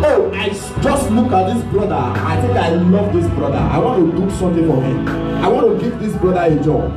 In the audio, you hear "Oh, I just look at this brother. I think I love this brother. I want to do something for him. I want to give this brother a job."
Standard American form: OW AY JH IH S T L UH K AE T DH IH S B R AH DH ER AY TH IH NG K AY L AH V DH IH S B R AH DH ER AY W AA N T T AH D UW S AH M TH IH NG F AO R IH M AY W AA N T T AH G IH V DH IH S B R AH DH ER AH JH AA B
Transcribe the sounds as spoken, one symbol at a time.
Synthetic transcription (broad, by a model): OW AY JH IH S T L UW K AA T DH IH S B R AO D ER AY T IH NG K AY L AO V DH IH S B R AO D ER AY W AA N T T AH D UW S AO M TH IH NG F AO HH IH M AY W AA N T T AH G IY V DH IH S B R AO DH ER AH JH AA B